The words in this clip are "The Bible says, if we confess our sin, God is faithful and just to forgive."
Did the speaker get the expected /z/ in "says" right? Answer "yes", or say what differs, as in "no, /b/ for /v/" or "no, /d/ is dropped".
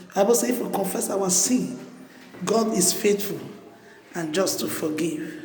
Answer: no, /z/ is dropped